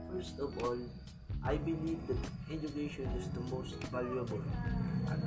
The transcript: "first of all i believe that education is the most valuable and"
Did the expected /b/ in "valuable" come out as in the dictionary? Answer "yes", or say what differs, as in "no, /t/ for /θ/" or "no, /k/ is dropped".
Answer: no, /b/ is dropped